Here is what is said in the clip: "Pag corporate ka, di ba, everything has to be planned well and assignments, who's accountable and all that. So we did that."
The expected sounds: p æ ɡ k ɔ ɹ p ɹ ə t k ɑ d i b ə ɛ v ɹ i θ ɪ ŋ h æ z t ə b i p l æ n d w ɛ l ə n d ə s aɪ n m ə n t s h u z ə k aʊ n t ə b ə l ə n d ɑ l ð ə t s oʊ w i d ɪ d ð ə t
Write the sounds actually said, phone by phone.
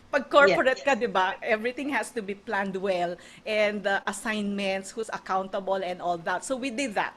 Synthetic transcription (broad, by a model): p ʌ ɡ k ɔ ɹ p ɹ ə t k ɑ d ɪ b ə ɛ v ɹ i t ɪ ŋ h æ s t ə b i p l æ n d w ɛ l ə n d ə s aɪ n m ə n t s h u s ə k aʊ n t ə b ə l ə n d ɑ l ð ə t s oʊ w i d ɪ d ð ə t